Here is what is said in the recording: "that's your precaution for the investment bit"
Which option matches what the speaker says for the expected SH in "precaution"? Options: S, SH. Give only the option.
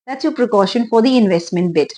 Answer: SH